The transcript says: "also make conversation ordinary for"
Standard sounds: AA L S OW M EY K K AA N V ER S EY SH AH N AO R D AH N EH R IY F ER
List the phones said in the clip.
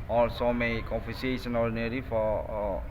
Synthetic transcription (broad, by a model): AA L S OW M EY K K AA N F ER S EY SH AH N AO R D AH N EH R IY F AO